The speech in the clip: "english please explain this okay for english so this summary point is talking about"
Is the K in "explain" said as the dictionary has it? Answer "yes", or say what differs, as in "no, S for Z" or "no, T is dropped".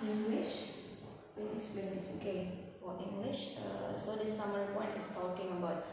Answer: no, K is dropped